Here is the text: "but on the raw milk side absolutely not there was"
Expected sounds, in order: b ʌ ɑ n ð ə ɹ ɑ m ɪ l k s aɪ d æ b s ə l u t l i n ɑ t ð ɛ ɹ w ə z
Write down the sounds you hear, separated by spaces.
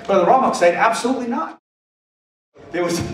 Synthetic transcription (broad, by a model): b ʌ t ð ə ɹ ɑ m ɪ k s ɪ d æ b s ə l u t l i n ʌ t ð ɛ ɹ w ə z